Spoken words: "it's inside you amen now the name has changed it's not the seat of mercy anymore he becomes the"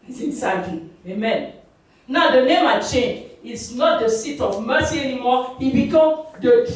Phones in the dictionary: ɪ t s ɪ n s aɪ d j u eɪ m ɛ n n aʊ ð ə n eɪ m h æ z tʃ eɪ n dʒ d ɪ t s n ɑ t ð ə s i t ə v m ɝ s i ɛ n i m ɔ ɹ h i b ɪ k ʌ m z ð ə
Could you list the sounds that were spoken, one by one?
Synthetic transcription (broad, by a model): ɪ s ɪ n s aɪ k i eɪ m ɛ n n aʊ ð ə n eɪ m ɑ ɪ tʃ eɪ n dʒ ɪ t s n ɑ t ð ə s i t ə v m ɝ s i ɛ n i m ɔ h i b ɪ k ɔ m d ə